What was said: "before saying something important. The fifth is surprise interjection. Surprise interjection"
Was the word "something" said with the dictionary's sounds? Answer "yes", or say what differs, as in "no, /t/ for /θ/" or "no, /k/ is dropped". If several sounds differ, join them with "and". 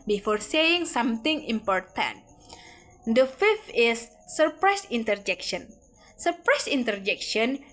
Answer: no, /t/ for /θ/